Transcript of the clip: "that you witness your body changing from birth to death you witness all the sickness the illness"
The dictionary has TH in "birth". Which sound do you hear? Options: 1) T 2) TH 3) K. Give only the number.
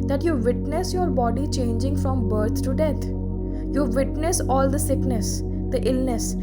1